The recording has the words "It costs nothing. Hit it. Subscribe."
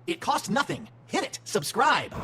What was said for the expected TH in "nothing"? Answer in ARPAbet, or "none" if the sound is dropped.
TH